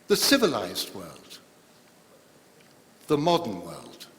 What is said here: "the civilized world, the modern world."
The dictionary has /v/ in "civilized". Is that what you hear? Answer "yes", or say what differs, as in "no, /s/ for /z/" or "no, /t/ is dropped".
yes